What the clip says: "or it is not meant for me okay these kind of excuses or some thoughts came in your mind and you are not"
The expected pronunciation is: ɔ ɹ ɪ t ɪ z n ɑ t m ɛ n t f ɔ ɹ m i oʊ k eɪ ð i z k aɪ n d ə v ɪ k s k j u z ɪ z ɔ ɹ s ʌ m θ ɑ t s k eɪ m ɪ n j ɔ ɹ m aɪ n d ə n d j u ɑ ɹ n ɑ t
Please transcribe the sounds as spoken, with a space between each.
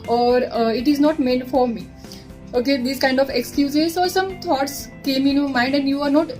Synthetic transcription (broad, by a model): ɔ ɹ ɪ t ɪ z n ɑ t m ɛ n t f ɔ ɹ m i oʊ k eɪ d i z k aɪ n d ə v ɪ k s k j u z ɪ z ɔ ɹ s ʌ m t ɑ t s k eɪ m ɪ n j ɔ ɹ m aɪ n d ə n d j u ɑ ɹ n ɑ t